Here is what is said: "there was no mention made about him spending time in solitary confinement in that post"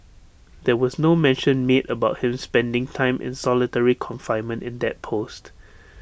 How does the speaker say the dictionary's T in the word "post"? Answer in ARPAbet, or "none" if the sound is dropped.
T